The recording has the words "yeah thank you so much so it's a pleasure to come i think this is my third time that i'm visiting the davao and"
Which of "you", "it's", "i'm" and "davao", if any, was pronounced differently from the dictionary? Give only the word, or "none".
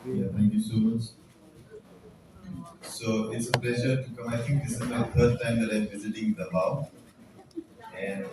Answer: davao